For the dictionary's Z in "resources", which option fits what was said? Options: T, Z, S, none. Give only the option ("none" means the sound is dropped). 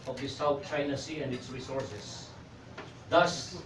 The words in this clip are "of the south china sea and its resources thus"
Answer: S